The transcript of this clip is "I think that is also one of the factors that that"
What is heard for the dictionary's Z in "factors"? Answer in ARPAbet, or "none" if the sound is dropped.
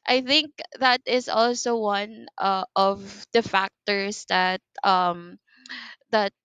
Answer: S